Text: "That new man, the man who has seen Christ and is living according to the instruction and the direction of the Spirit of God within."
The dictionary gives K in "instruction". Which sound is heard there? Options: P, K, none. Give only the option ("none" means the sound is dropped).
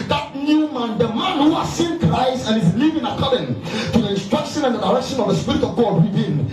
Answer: K